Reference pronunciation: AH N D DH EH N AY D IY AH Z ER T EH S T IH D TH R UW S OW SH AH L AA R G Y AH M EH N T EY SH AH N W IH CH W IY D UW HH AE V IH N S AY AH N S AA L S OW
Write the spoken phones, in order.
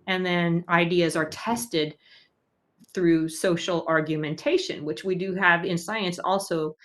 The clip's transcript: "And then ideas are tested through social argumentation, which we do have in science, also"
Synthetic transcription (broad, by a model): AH N DH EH N AY D IY AH Z ER T EH S T IH D TH R UW S OW SH L AA R G Y AH M EH N T EY SH AH N W IH CH W IY D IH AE V IH N S AY AH N S AA L S OW